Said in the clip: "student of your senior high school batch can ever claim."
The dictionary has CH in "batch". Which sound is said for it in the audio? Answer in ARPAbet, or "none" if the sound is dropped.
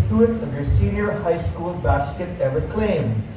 S